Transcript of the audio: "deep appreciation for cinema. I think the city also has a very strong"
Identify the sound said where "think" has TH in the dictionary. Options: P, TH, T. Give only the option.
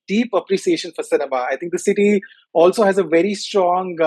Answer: T